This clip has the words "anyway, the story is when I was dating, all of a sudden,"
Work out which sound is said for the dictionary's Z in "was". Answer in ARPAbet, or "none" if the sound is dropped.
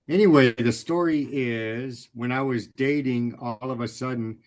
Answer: Z